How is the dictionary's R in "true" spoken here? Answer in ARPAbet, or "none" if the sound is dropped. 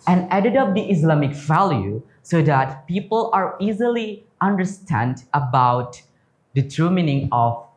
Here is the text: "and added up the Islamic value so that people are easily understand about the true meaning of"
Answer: none